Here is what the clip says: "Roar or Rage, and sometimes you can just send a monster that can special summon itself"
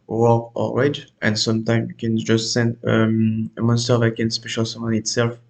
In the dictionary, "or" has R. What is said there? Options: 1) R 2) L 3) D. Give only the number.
2